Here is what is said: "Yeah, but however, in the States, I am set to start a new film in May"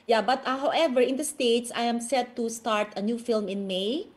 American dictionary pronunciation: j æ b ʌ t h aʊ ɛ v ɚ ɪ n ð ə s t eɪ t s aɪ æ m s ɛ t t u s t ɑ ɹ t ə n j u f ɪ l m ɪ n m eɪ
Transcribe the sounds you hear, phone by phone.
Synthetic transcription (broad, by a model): j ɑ b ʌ t h aʊ ɛ v ɚ ɪ n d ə s t eɪ t s aɪ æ m s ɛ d t u s t ɑ ɹ t ə n j u f ɪ l m ɪ n m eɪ